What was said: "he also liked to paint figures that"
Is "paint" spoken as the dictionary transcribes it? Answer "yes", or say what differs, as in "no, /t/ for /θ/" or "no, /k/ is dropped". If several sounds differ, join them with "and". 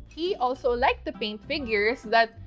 yes